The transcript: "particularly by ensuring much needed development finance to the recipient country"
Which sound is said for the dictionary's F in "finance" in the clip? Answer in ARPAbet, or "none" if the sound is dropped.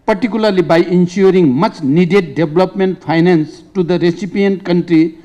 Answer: P